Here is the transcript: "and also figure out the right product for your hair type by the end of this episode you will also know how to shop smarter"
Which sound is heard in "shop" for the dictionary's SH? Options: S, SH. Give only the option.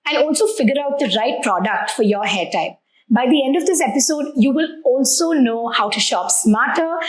SH